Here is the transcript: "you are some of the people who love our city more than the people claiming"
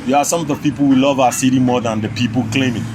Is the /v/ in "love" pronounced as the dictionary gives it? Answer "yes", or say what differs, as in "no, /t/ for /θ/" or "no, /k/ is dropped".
yes